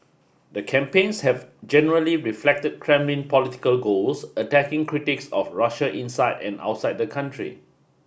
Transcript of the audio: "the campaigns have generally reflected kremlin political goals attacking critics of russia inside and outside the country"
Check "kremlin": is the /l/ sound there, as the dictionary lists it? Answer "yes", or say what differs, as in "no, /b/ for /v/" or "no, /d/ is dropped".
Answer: yes